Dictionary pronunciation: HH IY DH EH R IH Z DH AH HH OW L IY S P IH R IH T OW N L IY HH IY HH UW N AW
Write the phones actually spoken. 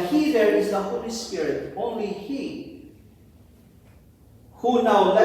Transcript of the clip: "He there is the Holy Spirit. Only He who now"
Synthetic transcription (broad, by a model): HH IY DH EH R IH Z DH AH HH OW L IY S P IH R IH T OW N L IY HH IY HH UW N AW